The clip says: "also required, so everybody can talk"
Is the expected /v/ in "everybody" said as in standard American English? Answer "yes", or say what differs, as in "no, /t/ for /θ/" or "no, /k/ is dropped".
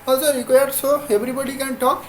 no, /b/ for /v/